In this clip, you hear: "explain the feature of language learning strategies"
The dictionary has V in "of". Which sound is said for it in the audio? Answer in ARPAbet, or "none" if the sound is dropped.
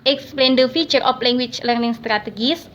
P